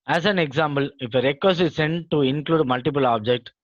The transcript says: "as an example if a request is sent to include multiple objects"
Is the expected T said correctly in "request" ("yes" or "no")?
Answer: no